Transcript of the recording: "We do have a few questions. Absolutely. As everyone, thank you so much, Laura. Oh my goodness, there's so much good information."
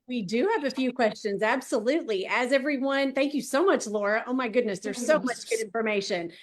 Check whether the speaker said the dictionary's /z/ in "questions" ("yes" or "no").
yes